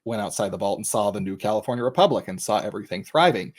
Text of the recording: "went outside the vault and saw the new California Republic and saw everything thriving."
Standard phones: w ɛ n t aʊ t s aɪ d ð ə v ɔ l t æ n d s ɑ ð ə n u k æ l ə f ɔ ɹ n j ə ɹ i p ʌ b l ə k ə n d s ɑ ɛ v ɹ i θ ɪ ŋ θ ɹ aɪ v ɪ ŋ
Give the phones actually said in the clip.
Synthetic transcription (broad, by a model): w ɛ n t aʊ t s aɪ d ð ə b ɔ l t n s ɑ ð ə n u k æ l ə f ɔ ɹ n j ə ɹ i p ʌ b l ə k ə n s ɑ ɛ v ɹ i θ ɪ ŋ θ ɹ aɪ v ɪ ŋ